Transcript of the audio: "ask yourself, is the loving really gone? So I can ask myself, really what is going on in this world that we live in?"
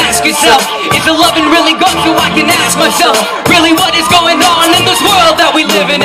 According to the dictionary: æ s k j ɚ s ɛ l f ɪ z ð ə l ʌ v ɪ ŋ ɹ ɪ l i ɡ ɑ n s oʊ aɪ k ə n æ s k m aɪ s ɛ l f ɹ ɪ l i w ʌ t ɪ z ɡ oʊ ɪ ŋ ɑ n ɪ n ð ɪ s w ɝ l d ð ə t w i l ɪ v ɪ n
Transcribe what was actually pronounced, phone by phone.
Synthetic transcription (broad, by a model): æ s k j ɚ s ɛ l f ɪ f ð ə l ʌ v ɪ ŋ ɹ ɪ l i ɡ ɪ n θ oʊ aɪ k ə n æ s k m aɪ s ɛ l f ɹ ɪ l i w ʌ t ɪ z ɡ oʊ ɪ ŋ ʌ n ɪ n ð ɪ s w ɝ l d ð ə t w i l ɪ v ɪ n